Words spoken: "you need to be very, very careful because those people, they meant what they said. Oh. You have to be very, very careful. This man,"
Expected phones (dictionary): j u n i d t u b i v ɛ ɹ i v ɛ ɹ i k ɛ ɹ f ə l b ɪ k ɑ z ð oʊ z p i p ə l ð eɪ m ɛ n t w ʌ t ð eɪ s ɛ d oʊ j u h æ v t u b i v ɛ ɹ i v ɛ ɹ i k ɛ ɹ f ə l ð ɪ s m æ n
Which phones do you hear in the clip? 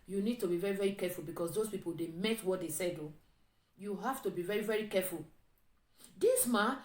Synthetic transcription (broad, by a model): j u n i d t u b i v ɛ ɹ i v ɛ ɹ i k ɛ f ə l b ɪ k ɑ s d oʊ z p i p ə l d eɪ m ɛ t w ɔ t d eɪ s ɛ d oʊ j u h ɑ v t u b i v ɛ ɹ i v ɛ ɹ i k ɛ f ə l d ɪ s m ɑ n